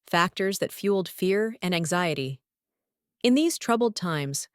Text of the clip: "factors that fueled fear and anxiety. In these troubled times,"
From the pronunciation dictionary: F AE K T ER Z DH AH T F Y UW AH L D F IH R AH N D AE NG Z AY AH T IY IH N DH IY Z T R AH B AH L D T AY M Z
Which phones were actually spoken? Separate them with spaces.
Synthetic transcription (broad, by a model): F AE K T ER Z DH AH T F Y UW L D F IH R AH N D AE NG Z AY AH T IY IH N DH IY Z T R AH B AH L D T AY M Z